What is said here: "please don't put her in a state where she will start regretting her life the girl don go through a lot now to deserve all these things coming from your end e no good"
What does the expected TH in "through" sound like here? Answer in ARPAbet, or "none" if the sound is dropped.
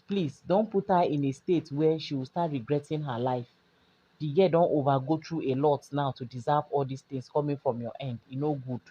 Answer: T